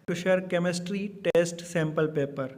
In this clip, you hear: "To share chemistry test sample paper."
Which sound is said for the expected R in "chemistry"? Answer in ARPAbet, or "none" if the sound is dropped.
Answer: R